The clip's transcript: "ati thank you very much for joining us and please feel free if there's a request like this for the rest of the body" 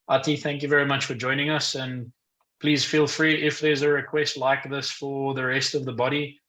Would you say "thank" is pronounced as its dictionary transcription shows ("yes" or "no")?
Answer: yes